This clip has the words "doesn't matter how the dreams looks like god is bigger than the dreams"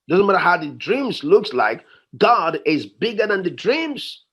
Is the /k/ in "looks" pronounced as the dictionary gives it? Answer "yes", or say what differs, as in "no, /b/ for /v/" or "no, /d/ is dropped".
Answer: yes